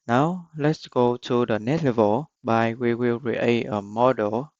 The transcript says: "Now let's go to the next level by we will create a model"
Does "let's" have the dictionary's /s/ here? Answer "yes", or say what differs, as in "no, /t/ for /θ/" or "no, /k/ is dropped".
yes